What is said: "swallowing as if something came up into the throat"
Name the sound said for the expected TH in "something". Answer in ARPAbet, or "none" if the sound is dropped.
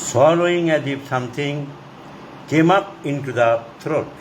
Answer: T